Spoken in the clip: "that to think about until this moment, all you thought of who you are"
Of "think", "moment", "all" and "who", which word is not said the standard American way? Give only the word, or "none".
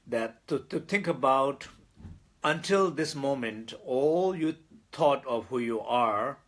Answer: think